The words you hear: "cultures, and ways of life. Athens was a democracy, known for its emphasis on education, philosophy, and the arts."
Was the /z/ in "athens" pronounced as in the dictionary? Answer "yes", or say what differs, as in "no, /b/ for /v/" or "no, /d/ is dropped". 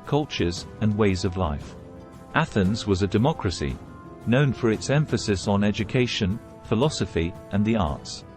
yes